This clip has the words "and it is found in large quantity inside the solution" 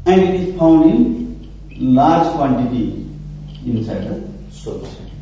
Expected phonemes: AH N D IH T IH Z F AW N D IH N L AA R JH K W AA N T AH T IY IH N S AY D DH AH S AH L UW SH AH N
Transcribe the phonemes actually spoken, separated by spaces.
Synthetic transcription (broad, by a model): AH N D IH T IH Z P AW N D IH N L AA R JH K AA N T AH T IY IH N S AY D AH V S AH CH